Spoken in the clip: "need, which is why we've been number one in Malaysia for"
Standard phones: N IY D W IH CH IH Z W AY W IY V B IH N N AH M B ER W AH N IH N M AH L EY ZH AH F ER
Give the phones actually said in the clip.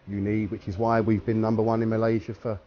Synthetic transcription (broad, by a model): N IY D W IH CH IH Z W AY W IY V B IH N N AH M B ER W AH N IH N M AH L EY ZH AH F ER